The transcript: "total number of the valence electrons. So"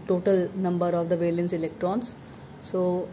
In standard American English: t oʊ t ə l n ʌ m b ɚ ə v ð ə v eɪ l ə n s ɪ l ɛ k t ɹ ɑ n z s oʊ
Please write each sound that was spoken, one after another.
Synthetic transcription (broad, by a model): t oʊ t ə l n ʌ m b ɚ ə v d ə v eɪ l ə n s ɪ l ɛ k t ɹ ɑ n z s oʊ